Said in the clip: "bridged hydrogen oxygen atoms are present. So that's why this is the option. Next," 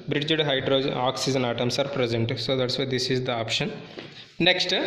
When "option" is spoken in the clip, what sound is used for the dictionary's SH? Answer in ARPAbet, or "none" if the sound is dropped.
SH